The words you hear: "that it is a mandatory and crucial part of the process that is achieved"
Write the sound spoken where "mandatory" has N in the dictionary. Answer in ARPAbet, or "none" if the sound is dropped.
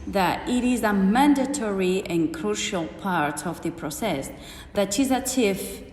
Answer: N